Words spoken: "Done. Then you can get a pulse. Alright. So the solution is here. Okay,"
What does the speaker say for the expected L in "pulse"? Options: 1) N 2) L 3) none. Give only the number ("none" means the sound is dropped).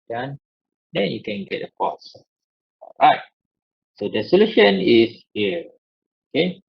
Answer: 3